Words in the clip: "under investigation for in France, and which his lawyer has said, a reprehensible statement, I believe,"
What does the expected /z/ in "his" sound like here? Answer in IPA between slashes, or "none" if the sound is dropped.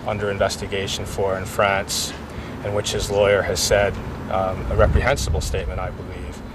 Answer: /z/